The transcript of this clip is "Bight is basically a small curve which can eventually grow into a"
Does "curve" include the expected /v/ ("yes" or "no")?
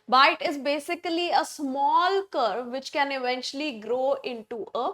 yes